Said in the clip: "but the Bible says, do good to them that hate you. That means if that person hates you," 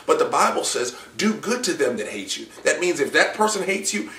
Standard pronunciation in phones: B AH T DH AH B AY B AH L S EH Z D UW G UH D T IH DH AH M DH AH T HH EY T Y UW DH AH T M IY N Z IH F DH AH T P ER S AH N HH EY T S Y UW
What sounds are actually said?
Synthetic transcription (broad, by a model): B AH T DH AH B AY B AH L S EH Z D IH G UH D T IH DH AH M DH AH T HH EY T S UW DH AH T M IY N Z IH F DH AH T P ER S AH N HH EY T S Y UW